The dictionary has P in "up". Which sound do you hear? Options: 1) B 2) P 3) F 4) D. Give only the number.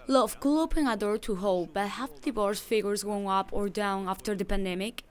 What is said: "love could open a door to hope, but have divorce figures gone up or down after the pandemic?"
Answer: 2